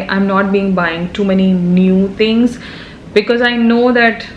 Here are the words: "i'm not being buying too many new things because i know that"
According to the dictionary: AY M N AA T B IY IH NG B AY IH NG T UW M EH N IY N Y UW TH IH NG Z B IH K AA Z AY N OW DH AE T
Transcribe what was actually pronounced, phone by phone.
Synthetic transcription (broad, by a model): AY M N AA T B IY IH NG B AY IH NG T UW M EH N IY N Y UW T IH NG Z B IH K AA Z AY N OW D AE T